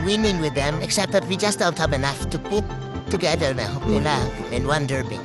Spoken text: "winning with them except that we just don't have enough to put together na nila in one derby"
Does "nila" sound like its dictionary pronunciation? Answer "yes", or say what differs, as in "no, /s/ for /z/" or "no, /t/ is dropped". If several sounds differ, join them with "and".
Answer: no, /l/ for /n/